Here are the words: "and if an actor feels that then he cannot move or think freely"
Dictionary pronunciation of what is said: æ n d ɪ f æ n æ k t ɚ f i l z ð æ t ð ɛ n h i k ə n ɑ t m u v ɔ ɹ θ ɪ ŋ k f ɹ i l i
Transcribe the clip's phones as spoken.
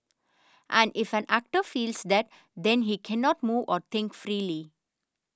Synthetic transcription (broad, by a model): æ n d ɪ f æ n æ k t ɚ f i l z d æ t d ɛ n h i k ə n ɑ t m u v ɔ ɹ t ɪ ŋ k f ɹ i l i